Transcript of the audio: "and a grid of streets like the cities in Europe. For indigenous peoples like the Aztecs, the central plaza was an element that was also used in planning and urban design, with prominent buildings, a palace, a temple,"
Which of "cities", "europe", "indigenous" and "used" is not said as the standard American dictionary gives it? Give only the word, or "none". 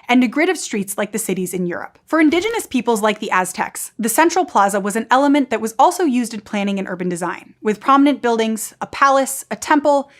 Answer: none